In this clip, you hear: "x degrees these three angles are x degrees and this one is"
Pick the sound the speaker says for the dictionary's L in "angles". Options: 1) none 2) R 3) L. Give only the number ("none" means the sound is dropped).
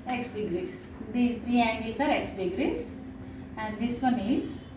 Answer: 1